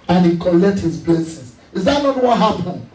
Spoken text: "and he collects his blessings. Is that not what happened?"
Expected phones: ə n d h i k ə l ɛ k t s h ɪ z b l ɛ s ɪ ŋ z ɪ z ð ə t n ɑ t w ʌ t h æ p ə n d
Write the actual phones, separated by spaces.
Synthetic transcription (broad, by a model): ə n h i k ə l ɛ k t h ɪ z b l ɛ s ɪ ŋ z ɪ z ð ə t n ɑ t w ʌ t h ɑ p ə n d